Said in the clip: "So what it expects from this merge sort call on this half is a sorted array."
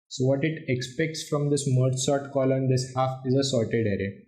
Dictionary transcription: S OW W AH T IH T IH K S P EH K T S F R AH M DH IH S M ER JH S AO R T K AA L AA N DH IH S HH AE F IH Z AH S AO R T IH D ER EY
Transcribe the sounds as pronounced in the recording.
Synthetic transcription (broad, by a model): S OW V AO T IH T IH K S P EH K T S F R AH M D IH S M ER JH S AO R T K AA L AA N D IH S HH AE F IH Z AH S AO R T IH D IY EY